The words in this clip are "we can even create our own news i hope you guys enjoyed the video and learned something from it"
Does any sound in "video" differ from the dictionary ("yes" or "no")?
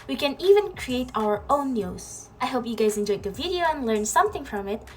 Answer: no